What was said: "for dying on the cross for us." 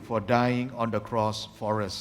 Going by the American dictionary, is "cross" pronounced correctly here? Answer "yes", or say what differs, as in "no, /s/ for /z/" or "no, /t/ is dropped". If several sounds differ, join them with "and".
yes